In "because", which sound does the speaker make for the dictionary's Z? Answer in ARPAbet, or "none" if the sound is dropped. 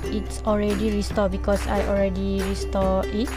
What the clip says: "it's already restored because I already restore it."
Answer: S